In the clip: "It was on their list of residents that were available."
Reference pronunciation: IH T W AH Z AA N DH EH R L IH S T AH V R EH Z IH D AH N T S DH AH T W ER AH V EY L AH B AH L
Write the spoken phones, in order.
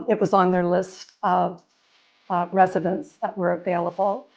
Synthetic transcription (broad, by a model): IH T W AH Z N DH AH R L IH S T AH V R EH Z IH D AH N T S DH AH T W ER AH V EY L AH B L